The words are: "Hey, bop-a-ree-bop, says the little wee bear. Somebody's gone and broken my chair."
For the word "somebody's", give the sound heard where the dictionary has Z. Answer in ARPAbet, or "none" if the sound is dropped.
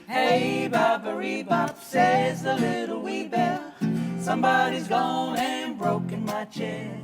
Z